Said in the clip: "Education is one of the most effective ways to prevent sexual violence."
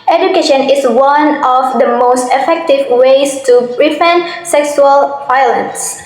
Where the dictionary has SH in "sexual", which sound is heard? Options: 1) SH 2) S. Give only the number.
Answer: 2